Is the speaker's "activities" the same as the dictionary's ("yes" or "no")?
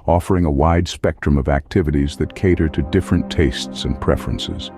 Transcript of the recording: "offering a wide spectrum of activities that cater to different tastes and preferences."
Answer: yes